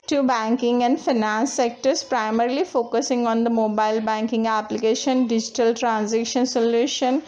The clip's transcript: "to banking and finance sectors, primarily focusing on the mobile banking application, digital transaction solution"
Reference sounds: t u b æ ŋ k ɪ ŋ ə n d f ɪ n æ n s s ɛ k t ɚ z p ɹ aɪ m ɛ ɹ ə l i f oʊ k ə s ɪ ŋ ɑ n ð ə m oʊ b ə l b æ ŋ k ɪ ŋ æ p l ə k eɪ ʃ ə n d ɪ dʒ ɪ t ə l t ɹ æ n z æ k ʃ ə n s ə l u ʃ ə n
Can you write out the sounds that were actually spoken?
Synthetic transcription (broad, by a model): t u b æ ŋ k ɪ ŋ ə n d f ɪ n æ n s s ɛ k t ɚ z p ɹ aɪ m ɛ ɹ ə l i f oʊ k ə s ɪ ŋ ɑ n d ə m oʊ b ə l b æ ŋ k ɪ ŋ æ p l ə k eɪ ʃ ə n d ɪ dʒ ɪ t ə l t ɹ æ n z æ k ʃ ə n s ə l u ʃ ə n